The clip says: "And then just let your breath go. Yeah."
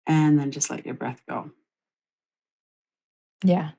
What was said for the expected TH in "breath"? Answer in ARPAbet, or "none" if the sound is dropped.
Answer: TH